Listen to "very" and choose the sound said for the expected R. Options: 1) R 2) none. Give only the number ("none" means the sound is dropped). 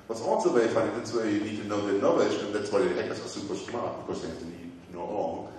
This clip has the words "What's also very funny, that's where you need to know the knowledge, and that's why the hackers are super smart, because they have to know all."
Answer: 2